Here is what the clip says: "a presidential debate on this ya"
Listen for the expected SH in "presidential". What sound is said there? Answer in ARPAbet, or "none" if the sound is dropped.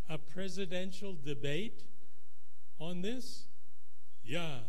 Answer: SH